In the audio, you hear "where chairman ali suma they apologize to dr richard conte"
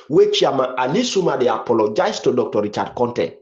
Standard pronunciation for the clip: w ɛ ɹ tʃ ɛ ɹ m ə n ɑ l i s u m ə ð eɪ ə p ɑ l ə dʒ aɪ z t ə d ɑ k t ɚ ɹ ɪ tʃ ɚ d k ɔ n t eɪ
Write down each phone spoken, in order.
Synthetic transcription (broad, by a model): w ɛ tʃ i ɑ m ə ɑ l i s u m ə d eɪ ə p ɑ l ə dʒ aɪ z t ə d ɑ k t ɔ ɹ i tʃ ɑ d k ɔ n t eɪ